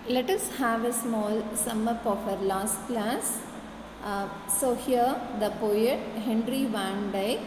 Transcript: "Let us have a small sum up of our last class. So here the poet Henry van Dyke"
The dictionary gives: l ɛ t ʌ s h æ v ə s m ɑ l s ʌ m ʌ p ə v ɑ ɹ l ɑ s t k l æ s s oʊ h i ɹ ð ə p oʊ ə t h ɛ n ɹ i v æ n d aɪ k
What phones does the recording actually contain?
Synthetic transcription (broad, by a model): l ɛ t ʌ s h æ v ə s m ɑ l s ʌ m ʌ p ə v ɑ ɹ l ɑ s t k l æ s s oʊ h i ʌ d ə p oʊ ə t h ɛ n ɹ i v æ n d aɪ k